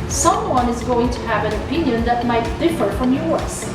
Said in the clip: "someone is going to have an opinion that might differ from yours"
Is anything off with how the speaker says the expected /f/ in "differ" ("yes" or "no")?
no